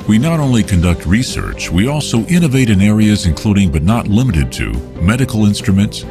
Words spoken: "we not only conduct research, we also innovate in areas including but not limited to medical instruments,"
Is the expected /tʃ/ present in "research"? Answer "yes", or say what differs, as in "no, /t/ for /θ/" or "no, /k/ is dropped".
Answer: yes